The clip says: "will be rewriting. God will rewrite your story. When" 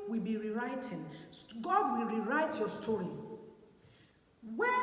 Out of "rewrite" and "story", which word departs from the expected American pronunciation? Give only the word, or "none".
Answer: none